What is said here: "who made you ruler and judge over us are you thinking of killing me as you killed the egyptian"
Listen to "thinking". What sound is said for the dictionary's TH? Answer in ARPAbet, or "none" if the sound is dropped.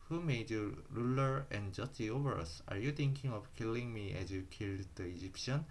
T